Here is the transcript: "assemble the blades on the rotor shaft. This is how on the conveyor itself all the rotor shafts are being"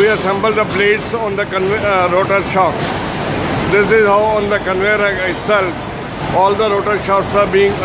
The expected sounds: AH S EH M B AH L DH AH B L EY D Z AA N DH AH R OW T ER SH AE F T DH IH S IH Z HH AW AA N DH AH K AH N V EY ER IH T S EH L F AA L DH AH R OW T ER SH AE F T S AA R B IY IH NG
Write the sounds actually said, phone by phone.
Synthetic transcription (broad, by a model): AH S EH M B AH L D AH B L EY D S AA N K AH R OW T ER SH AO T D IH S IH Z HH AW AA N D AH K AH N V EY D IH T S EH L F AA L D AH R OW T ER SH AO T S AA R B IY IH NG